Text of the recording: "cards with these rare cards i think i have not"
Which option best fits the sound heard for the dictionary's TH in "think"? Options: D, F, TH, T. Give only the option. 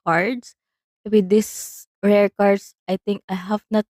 T